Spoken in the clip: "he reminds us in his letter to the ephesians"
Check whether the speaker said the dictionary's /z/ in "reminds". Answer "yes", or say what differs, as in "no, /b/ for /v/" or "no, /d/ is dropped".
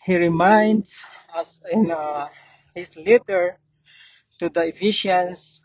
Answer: no, /s/ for /z/